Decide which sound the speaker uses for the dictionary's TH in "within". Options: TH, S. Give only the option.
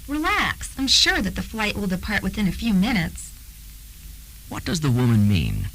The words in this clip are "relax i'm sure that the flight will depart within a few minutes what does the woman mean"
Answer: TH